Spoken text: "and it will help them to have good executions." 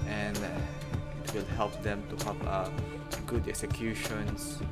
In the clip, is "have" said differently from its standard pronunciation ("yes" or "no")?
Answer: yes